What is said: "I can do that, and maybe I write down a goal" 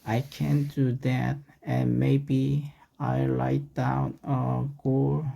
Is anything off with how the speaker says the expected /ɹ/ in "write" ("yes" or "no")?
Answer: yes